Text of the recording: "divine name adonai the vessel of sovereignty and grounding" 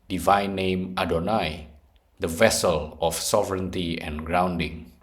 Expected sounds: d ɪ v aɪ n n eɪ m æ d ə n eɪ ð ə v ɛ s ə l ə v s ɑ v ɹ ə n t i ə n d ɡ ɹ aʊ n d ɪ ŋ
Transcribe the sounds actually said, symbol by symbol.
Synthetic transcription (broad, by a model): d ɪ v aɪ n n eɪ m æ d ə n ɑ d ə v ɛ s ə l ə f s ɑ v ɹ ə n t i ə n ɡ ɹ aʊ n d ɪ ŋ